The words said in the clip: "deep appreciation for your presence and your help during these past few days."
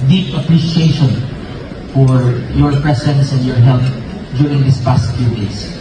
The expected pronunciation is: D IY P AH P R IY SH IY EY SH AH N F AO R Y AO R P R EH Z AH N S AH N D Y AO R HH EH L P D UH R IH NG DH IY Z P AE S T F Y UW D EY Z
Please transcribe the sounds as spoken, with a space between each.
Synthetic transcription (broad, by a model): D IY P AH P R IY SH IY EY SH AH N F AO R Y AO R P R EH S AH N S AH N D Y AO R HH EH L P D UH R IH NG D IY S P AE S T F Y UW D EY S